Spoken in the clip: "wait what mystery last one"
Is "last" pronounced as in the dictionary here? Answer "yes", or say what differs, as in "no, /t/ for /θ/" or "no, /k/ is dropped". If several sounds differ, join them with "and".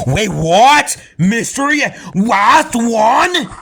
no, /w/ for /l/